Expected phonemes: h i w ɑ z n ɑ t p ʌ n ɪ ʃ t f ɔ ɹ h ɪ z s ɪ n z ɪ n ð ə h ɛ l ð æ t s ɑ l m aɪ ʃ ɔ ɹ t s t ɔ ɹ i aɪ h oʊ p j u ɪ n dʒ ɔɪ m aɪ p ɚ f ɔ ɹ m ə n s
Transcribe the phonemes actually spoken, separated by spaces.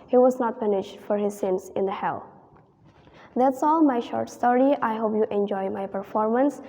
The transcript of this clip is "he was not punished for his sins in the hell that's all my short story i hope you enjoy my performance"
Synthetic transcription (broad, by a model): h i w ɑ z n ɑ t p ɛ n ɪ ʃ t f ɔ ɹ h ɪ z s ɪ n s ɪ n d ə h ɛ l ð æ t s ɑ l m aɪ ʃ ɔ ɹ t s t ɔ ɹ i aɪ h oʊ p j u ɪ n dʒ ɔɪ m aɪ p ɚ f ɔ ɹ m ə n s